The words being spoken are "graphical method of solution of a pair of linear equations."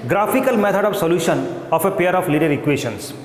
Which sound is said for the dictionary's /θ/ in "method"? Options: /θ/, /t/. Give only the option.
/t/